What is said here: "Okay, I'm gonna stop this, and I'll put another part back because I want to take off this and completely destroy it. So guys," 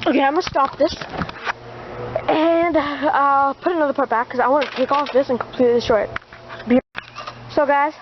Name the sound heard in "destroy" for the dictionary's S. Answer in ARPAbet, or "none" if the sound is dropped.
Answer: none